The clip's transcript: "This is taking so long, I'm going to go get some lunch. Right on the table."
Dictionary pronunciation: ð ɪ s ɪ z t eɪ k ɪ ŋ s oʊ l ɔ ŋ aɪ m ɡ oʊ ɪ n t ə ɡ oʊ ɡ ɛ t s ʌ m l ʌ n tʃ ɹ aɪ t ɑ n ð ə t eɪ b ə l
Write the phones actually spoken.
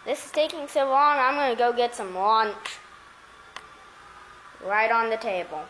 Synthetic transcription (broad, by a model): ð ɪ s ɪ z t eɪ k ɪ ŋ s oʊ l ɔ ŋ aɪ m ɡ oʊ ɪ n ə ɡ oʊ ɡ ɛ t s ʌ m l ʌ n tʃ ɹ aɪ t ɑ n ð ə t eɪ b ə l